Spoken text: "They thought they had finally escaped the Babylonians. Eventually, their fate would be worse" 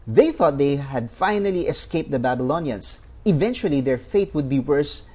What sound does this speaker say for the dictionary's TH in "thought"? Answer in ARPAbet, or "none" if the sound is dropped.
TH